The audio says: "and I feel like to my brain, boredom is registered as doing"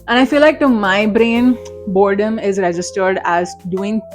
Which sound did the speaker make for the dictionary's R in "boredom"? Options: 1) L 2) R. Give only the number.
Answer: 2